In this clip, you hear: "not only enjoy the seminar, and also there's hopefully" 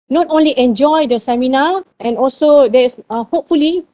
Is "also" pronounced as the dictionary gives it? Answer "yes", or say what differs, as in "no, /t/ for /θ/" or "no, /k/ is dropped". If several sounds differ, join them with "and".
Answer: yes